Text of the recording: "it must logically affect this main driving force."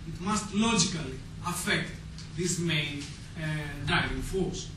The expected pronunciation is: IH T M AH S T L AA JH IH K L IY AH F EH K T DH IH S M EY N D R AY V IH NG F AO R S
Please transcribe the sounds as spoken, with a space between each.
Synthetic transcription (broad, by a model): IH T M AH S T L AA JH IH K L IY AH F EH K T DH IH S M EY N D AY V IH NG F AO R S